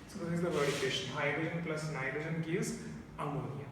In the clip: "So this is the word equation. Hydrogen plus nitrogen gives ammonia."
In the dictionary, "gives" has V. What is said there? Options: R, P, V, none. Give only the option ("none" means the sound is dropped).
none